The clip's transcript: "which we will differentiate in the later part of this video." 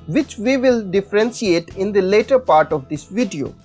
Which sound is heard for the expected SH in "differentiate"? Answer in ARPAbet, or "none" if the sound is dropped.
S